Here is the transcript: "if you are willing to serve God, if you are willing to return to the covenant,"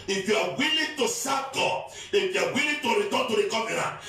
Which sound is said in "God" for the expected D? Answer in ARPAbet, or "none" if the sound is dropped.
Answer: none